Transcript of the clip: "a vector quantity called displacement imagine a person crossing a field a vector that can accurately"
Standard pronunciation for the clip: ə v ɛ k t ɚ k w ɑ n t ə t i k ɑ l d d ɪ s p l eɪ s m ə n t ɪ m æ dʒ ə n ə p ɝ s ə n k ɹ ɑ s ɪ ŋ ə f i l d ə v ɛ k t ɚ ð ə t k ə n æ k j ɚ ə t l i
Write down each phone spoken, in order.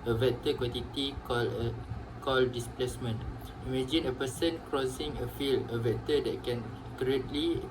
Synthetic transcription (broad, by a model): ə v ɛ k t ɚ k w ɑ n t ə t i k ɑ l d d ɪ s p l eɪ s m ə n t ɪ m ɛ dʒ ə n ə p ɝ s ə n k ɹ ɑ s ɪ ŋ ə f i l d ə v ɛ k t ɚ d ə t k ə n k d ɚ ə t l i